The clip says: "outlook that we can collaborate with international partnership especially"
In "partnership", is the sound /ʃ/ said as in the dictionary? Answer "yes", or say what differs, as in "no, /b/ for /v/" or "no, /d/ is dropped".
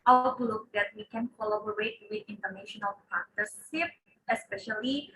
no, /s/ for /ʃ/